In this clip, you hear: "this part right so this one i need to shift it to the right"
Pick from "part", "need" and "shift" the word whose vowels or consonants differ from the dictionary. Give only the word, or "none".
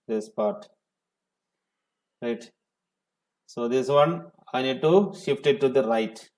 none